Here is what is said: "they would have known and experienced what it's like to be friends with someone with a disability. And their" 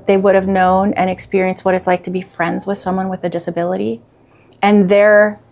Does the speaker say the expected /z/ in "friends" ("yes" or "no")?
yes